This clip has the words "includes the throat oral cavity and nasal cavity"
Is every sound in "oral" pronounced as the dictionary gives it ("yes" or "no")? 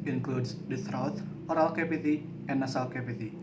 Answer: yes